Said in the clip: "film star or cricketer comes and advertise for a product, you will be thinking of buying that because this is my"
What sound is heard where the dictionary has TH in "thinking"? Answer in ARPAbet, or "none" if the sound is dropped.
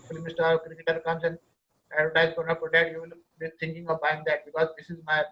T